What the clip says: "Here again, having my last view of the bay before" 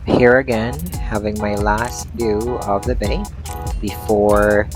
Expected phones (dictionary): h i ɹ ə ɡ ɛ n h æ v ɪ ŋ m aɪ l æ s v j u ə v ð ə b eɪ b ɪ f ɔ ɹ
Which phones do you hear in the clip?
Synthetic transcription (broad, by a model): h i ɹ ə ɡ ɛ n h æ v ɪ ŋ m aɪ l æ s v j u ə v ð ə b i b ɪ f ɔ ɹ